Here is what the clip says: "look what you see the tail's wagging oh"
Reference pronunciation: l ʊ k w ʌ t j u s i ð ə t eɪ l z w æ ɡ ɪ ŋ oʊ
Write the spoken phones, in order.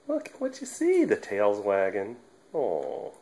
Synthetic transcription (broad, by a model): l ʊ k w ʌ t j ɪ s i ð ə t eɪ l z w æ ɡ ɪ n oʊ